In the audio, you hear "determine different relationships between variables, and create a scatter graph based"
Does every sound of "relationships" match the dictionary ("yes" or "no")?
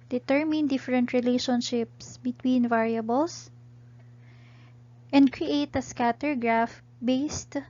yes